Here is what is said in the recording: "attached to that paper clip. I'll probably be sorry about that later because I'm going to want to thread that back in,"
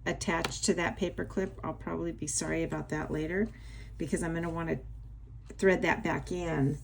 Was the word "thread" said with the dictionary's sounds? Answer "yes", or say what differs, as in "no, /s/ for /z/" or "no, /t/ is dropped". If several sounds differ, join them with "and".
yes